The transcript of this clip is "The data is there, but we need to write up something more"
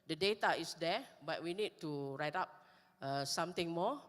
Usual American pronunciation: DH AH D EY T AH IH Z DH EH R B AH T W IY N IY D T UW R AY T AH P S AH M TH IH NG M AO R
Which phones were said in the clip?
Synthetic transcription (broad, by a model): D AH D EY T AH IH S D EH B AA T W IY N IY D T UW R AY T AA P S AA M T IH NG M AO